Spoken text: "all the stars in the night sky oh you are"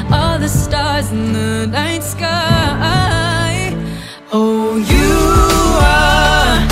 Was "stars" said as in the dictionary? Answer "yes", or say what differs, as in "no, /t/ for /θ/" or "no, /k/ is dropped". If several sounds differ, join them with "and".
yes